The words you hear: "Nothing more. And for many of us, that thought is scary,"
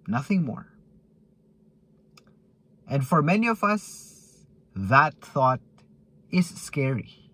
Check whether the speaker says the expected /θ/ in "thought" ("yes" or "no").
yes